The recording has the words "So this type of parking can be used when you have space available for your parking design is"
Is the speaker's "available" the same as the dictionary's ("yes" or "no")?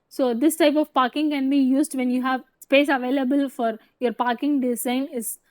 yes